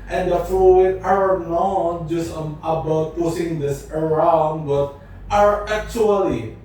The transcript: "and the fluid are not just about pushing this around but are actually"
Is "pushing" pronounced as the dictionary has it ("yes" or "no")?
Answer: no